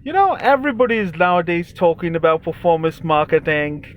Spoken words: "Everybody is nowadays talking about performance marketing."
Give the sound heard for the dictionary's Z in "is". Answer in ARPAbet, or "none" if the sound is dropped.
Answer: Z